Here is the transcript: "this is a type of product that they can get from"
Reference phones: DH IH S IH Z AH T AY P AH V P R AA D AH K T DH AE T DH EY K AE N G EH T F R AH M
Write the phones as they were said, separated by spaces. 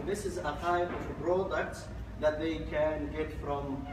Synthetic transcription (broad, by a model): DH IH S IH Z AH T AY P AH V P R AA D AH K T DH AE T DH EY K AE N G EH T F R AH M